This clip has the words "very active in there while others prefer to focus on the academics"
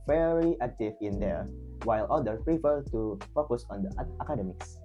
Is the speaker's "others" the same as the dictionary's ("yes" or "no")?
no